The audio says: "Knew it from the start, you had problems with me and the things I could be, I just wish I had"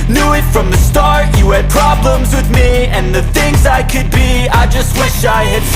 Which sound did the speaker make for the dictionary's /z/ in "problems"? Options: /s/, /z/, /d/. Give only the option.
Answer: /z/